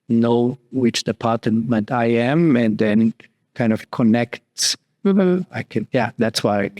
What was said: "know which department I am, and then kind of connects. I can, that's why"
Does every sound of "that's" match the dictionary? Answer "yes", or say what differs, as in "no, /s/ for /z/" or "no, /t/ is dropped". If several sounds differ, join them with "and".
yes